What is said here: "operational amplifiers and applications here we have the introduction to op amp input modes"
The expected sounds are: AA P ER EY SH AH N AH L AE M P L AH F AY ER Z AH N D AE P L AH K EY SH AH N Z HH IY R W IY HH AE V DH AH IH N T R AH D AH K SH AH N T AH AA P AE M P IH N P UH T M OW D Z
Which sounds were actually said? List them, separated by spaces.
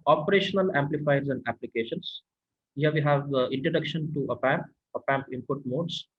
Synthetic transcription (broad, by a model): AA P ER EY SH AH N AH L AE M P L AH F AY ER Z AH N D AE P L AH K EY SH AH N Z HH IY R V IY HH AE V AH IH N T R AH D AH K SH AH N T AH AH P AE M P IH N P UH T M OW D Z